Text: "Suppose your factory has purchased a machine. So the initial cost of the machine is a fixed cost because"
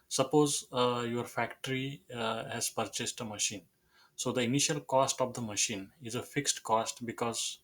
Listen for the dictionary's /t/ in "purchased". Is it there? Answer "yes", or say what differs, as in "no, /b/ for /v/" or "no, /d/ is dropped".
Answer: yes